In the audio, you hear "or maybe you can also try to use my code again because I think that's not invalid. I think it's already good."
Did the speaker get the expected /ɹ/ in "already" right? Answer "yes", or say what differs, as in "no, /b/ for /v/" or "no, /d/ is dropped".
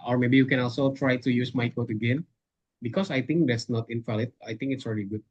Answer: yes